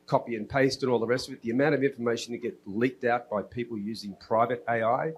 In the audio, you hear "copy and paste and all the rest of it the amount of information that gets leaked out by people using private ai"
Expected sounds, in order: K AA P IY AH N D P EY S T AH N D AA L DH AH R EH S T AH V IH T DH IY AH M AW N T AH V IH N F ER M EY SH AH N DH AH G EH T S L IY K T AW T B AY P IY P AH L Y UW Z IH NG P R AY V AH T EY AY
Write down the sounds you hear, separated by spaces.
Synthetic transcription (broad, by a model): K AA P IY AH N P EY S T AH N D AA L DH AH R EH S T AH V IH T DH IY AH M AW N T AH V IH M F ER M EY SH N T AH G EH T L IY K T AW T B AY P IY P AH L Y UW Z IH NG P R AY V AH T EY AY